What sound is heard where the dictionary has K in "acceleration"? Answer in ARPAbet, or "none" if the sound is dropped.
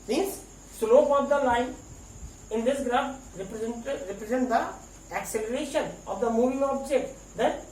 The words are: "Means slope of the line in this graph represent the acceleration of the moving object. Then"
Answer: K